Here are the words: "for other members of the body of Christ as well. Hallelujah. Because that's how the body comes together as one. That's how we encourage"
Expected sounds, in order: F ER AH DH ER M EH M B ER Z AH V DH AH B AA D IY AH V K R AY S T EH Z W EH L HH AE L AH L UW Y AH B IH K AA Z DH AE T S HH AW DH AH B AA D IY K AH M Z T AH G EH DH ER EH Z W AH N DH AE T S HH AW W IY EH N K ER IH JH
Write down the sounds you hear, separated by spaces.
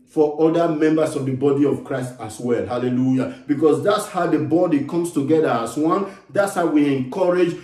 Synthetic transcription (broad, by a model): F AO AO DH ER M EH M B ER S AH V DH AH B AA D IY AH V K R AY S T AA S W EH L HH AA L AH L UW Y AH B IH K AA S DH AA T S HH AW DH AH B AA D IY K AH M S T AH G EH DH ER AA S W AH N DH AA T S HH AW W IY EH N K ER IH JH